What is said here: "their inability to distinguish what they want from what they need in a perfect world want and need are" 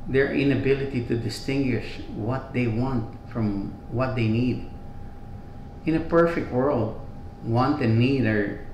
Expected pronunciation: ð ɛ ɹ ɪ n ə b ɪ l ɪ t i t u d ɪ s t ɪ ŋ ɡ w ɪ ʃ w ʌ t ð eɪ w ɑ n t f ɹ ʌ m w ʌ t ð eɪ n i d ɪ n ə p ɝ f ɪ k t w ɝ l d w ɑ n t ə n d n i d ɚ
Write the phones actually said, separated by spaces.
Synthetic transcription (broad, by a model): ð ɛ ɹ ɪ n ə b ɪ l ɪ t i t u d ɪ s t ɪ ŋ ɡ w ɪ ʃ w ʌ t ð eɪ w ɑ n t f ɹ ʌ m w ʌ t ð eɪ n i d ɪ n ə p ɝ f ɪ k t w ɝ l d w ɑ n t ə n n i d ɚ